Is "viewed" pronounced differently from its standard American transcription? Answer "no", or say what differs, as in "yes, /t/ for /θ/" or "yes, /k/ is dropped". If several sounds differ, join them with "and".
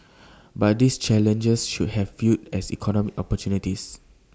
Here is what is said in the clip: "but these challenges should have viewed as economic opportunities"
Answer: yes, /f/ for /v/